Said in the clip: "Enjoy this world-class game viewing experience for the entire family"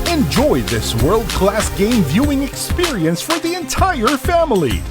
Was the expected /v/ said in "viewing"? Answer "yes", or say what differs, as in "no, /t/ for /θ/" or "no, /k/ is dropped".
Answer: yes